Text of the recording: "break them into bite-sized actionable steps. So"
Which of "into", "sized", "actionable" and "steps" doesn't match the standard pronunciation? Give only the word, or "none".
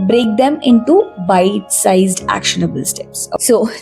none